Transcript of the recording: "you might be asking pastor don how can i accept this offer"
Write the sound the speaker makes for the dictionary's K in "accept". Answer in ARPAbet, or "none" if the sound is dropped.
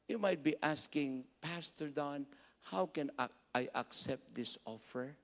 K